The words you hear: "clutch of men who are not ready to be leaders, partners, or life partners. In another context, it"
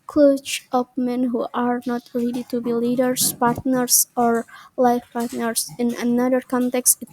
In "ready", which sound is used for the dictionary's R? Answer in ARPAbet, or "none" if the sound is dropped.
L